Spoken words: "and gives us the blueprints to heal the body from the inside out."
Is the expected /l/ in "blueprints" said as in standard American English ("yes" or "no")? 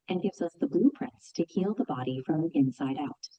yes